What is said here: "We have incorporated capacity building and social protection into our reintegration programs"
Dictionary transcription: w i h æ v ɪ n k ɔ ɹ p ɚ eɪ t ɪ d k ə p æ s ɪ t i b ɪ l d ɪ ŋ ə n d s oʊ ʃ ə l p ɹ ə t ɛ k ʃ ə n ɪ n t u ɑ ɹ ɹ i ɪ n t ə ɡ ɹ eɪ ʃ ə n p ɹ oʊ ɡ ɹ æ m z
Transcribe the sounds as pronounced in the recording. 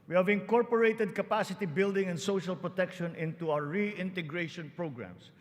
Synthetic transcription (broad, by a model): w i h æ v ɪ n k ɔ ɹ p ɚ eɪ t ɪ d k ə p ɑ s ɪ t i b ɪ l d ɪ ŋ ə n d s oʊ ʃ ə l p ɹ ə t ɛ k ʃ ə n ɪ n t u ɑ w ɹ i ɪ n t ə ɡ ɹ eɪ ʃ ə n p ɹ oʊ ɡ ɹ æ m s